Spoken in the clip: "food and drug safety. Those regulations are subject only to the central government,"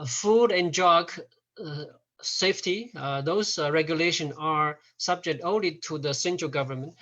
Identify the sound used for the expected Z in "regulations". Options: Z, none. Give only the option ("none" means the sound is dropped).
none